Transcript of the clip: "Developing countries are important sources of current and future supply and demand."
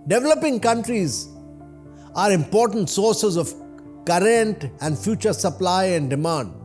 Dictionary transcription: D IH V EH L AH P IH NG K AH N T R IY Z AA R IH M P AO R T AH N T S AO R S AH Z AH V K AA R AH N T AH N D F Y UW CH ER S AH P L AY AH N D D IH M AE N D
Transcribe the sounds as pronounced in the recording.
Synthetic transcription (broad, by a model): D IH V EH L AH P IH NG K AH N T R IY Z AA R IH M P AO R T AH N T S AO R S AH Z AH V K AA R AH N T AH N D F Y UW CH ER S AH P L AY AH N D D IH M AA N D